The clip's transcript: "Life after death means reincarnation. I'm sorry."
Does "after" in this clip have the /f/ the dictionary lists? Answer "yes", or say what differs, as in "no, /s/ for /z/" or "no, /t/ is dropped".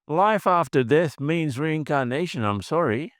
yes